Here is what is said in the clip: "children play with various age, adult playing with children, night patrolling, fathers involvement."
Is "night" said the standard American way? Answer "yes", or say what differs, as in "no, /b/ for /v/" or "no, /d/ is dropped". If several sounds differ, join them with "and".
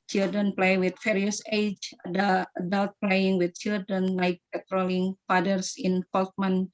no, /l/ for /n/